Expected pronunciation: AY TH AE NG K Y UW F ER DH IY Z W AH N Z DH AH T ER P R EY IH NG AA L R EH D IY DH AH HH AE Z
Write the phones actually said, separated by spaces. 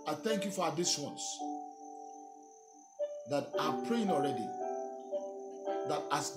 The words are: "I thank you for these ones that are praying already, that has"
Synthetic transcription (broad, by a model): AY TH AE NG K Y UW F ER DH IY S W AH N S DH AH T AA P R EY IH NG AA L R EH D IY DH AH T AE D